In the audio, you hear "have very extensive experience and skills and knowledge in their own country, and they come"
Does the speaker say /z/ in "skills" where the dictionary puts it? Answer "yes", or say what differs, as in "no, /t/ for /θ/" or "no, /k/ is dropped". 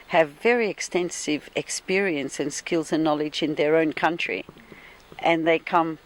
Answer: yes